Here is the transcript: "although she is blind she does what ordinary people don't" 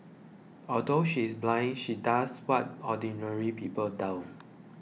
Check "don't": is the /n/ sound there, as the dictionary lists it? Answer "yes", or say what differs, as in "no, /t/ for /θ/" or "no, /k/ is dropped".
no, /l/ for /n/